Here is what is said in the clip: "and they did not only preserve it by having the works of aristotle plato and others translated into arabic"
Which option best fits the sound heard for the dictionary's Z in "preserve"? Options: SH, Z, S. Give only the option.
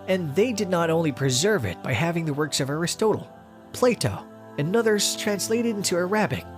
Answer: Z